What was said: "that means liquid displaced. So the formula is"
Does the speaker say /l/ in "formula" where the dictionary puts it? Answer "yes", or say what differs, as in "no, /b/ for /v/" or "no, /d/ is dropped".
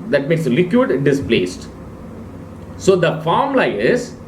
no, /l/ is dropped